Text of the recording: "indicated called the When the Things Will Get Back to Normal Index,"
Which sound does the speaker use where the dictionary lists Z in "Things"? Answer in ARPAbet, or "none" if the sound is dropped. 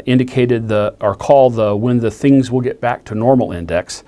Z